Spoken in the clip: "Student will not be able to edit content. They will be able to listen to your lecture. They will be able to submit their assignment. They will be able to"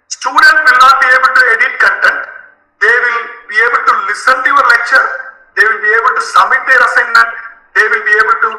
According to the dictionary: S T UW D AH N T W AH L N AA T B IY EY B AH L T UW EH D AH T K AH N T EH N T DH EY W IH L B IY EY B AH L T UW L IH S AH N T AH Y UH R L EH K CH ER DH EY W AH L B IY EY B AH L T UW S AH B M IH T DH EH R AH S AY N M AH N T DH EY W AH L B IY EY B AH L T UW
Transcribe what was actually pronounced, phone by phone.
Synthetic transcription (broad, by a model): S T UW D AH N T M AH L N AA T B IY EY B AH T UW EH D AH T K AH N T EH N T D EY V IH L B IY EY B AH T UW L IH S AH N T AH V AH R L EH CH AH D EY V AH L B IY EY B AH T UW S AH M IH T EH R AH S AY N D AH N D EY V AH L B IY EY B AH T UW